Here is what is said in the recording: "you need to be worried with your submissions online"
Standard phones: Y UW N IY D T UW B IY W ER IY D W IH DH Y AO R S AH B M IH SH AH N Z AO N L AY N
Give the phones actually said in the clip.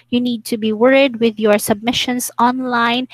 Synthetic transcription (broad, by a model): Y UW N IY D T UW B IY W ER IY D W IH DH Y AO R S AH B M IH SH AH N S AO N L AY N